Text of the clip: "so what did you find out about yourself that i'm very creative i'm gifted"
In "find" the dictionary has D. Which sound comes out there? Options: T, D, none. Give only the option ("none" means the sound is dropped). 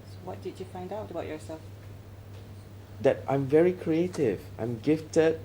D